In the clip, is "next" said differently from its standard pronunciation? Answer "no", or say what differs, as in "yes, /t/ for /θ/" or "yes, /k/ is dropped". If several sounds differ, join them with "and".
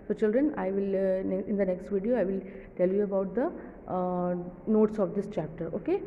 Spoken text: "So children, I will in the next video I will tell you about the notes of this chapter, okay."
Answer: no